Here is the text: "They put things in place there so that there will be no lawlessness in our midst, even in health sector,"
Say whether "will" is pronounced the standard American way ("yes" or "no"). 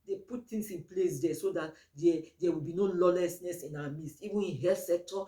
yes